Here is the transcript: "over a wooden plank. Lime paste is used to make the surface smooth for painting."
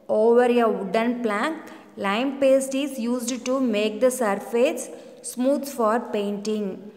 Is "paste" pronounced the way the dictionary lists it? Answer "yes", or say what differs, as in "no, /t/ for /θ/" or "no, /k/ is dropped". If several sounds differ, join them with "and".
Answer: yes